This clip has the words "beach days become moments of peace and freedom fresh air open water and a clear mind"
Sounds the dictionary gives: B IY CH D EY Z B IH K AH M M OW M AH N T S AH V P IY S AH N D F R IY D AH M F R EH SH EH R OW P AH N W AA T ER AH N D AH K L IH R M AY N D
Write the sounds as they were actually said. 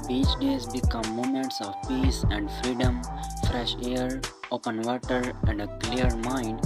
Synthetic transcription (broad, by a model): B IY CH D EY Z B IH K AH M M OW M AH N T S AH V P IY S AH N D F R IY D AH M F R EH SH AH R OW P AH N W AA T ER AH N D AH K L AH R M AY N D